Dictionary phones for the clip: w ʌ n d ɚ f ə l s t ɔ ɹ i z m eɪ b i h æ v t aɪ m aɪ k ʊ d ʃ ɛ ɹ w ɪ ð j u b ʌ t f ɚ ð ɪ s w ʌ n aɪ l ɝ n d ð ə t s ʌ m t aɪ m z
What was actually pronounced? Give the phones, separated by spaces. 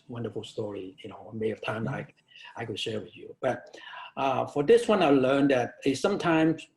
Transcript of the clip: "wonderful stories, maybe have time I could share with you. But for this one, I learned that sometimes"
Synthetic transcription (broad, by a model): w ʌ n d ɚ f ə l s t ɔ ɹ i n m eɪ i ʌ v t aɪ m aɪ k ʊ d ʃ ɛ ɹ w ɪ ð j u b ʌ t f ɚ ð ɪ s w ʌ n aɪ l ɝ n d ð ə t s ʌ m t aɪ m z